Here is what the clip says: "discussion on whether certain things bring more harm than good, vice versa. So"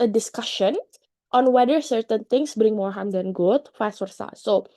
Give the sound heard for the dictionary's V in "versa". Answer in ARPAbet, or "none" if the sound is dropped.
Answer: W